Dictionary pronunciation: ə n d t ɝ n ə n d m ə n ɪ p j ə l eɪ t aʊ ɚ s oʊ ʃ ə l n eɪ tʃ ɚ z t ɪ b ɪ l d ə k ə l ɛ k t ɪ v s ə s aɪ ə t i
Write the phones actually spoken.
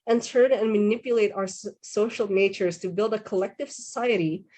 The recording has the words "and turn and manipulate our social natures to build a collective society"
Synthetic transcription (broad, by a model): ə n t ɝ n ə n m ə n ɪ p j ə l eɪ t aʊ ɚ s oʊ ʃ l n eɪ tʃ ɚ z t ɪ b ɪ l d ə k ə l ɛ k t ɪ v s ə s aɪ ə t i